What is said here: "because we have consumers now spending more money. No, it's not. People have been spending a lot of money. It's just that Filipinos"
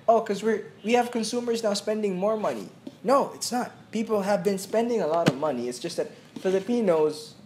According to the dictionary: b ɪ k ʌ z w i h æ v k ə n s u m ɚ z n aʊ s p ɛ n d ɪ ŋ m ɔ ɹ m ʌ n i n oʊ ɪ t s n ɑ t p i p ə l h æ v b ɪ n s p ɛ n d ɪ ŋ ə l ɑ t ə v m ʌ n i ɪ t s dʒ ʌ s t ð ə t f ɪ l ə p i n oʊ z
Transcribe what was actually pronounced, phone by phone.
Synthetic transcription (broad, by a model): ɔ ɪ k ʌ z w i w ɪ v k ə n s u m ɚ z n aʊ s p ɛ n d ɪ ŋ m ɔ ɹ m ʌ n i n oʊ ɪ t s n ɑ t p i p l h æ v b ɪ n s p ɛ n d ɪ ŋ ə l ɑ t ə v m ʌ n i ɪ t s dʒ ʌ s t ð ə t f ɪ l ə p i n oʊ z